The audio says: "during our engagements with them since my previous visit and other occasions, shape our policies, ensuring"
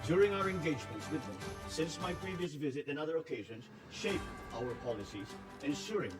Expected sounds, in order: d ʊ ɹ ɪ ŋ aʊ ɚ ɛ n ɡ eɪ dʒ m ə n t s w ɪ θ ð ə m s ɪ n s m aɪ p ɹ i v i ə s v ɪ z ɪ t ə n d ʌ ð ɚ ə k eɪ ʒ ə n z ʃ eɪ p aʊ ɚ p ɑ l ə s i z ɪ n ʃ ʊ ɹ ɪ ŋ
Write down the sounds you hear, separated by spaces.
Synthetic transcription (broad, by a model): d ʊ ɹ ɪ ŋ aʊ ɚ ɛ n ɡ eɪ dʒ m ə n t s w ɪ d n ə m s ɪ n s m aɪ p ɹ i v i ə s v ɪ z ɪ t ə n ʌ ð ɚ ə k eɪ ʒ ə n z ʃ eɪ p aʊ ɚ p ɑ l ə s i z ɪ n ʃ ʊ ɹ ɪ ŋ